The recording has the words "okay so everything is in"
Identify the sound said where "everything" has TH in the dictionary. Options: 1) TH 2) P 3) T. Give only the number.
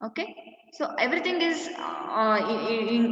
3